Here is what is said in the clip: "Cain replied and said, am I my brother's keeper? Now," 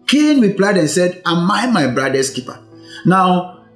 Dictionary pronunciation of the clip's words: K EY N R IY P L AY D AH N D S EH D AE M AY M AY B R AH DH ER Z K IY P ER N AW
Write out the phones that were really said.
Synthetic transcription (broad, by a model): K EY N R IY P L AY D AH N S EH D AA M AY M AY B R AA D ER S K IY P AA N AW